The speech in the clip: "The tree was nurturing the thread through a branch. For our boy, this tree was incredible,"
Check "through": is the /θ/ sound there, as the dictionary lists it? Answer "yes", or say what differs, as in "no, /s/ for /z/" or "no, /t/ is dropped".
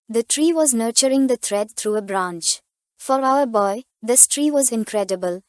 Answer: no, /t/ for /θ/